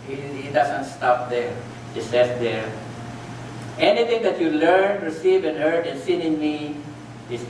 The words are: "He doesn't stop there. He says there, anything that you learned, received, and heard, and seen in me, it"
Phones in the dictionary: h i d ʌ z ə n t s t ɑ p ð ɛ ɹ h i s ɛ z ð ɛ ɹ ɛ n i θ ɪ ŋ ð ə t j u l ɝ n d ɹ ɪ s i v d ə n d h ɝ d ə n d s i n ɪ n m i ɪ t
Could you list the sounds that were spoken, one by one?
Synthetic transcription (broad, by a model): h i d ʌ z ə n t s t ɑ p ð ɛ ɹ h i s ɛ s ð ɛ ɹ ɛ n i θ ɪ ŋ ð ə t j u l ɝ n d ɹ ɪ s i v ə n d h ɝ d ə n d s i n ɪ n m i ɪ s